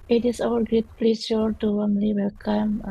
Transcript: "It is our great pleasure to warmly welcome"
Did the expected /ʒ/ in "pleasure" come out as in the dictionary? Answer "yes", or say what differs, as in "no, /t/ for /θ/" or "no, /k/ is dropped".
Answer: no, /s/ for /ʒ/